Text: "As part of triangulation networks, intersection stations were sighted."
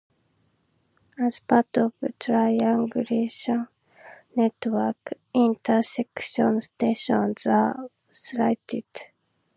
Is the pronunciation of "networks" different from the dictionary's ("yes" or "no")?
yes